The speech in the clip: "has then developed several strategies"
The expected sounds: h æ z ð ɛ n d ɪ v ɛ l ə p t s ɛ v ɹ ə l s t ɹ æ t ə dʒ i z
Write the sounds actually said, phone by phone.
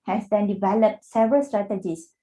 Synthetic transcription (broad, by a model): h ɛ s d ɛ n d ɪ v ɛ l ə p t s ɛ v ə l s t ɹ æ t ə dʒ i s